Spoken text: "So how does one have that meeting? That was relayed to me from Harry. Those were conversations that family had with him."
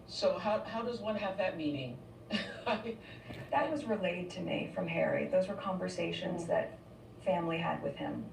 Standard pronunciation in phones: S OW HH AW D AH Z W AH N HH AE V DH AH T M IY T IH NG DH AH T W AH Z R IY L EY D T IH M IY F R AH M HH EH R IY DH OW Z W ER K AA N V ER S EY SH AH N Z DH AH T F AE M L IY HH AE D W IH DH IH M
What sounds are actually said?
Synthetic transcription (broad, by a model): S OW HH AW D AH Z W AH N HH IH V DH AH T M IY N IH NG DH AH T W AH Z R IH L EY D T IH M IY F R AH M HH EH R IY DH OW Z W ER K AA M V ER S EY SH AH N Z DH AH T F AE M L IY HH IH D W IH DH IH M